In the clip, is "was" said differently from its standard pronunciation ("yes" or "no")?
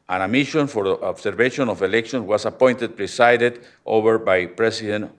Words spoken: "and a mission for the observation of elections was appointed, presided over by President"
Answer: yes